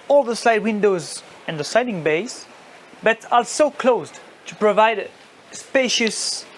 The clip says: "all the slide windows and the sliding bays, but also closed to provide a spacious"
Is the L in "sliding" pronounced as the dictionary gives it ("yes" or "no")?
no